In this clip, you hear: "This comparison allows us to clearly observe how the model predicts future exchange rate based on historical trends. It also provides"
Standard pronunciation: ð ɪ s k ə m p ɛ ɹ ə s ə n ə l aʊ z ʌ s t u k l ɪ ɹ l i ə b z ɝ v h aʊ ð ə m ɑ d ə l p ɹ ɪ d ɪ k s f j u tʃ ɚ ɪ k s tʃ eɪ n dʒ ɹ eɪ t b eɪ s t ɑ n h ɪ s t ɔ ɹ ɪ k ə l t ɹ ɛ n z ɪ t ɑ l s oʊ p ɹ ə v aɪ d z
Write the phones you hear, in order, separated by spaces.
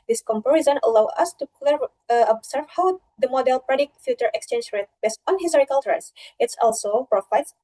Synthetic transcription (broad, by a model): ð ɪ s k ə m p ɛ ɹ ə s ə n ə l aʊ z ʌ s t u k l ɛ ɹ i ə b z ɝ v h aʊ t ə m ɑ d ə l p ɹ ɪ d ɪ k f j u tʃ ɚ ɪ k s tʃ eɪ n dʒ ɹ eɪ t b eɪ s t ɑ n h ɪ s t ɔ ɹ ɪ k ə l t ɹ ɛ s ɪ t ɑ l s oʊ p ɹ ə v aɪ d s